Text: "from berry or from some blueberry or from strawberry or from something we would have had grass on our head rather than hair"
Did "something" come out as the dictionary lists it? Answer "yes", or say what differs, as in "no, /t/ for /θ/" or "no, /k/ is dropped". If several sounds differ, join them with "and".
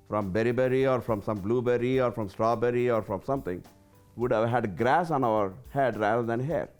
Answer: no, /t/ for /θ/